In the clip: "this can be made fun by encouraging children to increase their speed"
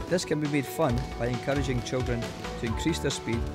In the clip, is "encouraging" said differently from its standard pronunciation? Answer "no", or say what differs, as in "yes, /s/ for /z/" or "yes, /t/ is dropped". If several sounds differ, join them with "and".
no